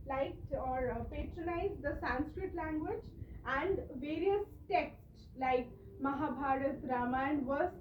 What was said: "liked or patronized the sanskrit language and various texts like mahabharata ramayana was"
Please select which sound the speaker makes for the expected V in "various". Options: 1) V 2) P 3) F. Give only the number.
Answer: 1